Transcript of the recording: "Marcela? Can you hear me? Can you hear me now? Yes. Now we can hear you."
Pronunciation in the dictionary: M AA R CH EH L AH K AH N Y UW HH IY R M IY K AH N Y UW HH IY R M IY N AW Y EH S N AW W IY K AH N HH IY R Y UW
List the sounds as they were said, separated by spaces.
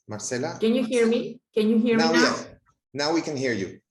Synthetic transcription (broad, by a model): M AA R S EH L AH K AH N Y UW HH IY R M IY K AH N Y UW HH IY R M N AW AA N AW W IY K AH N HH IY R Y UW